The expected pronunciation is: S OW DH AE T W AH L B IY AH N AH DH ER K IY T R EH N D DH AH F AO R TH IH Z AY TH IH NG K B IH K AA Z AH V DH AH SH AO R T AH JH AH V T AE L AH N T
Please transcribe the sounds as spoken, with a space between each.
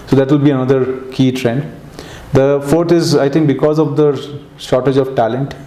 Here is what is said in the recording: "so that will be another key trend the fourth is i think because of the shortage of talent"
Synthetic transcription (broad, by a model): S OW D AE T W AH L B IY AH N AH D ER K IY T R EH N D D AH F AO R T IH Z AY T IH NG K B IH K AA Z AH V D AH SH AO R T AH JH AH V T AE L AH N T